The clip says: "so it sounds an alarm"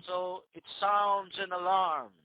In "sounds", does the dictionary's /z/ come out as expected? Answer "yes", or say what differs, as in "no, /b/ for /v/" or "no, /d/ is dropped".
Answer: yes